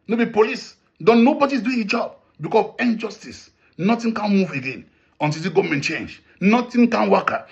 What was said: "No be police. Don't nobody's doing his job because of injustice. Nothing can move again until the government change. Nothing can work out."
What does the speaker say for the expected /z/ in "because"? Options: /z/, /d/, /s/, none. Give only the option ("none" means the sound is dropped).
none